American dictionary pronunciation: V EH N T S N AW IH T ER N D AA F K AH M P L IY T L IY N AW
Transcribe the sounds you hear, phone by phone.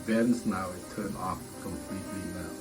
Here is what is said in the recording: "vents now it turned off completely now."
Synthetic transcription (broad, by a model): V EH N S N AW IH T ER N AA F K AH M P L IY T L IY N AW